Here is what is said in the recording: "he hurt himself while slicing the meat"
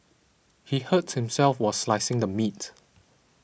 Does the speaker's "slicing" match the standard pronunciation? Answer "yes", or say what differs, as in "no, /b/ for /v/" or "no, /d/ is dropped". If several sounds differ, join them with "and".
yes